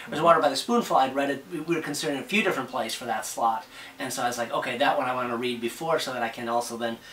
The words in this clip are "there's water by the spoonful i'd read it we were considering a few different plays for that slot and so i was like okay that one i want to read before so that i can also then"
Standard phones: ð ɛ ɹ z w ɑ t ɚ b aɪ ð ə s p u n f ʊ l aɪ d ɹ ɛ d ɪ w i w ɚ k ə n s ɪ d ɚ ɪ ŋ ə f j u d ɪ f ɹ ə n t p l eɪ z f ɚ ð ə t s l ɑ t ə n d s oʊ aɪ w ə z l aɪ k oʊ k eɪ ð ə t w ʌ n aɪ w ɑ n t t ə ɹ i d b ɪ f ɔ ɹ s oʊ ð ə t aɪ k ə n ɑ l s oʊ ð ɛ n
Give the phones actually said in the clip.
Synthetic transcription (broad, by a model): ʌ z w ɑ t ɚ b aɪ ð ə s p u n f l aɪ d ɹ ɛ d ɪ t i w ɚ k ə n s ɪ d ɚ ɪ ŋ ə f j u d ɪ f ɹ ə n p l eɪ s f ɚ ð ə t s l ɑ t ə n s oʊ aɪ w ə z l aɪ k oʊ k eɪ ð ə t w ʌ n aɪ w ɑ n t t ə ɹ i d b ɪ f ɔ ɹ s oʊ ð ə t aɪ k ə n ɑ l s oʊ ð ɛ n